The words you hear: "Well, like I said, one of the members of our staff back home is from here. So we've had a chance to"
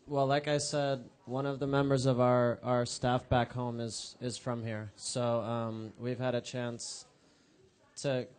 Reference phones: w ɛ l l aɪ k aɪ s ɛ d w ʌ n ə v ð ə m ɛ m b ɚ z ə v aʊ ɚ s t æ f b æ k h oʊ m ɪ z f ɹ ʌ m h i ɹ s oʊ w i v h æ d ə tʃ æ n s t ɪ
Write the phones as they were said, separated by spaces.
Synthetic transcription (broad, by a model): w ɛ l l aɪ k aɪ s ɛ d w ʌ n ə v ð ə m ɛ m b ɚ z ə v aʊ ɚ s t æ f b æ k h oʊ m ɪ z f ɹ ʌ m h i ɹ s oʊ w i v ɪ d ə tʃ æ n s t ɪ